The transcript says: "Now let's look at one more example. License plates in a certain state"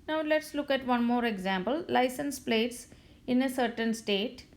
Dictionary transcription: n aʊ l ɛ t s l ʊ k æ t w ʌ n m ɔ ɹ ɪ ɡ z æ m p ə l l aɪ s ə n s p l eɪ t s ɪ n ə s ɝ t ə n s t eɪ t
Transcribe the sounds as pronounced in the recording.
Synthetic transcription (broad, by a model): n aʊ l ɛ t s l ʊ k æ t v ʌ n m ɔ ɹ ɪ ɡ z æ m p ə l l aɪ s ə n s p l eɪ t s ɪ n ə s ɝ t ə n s t eɪ t